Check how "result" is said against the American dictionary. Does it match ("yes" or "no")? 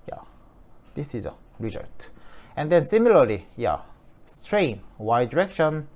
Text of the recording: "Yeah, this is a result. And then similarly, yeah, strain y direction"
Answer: no